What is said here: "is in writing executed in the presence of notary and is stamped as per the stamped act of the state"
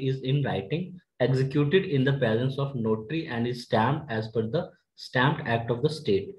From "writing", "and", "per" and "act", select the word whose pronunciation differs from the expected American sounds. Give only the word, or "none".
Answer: per